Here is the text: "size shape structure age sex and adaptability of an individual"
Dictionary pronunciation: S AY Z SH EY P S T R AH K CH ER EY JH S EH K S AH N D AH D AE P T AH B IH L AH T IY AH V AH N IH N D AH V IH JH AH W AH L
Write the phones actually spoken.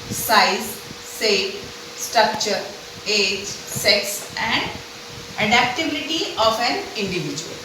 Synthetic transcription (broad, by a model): S AY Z S EY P S T R AH K CH ER EY JH S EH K S AH N D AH D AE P T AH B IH L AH T IY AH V AH N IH N D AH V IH JH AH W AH L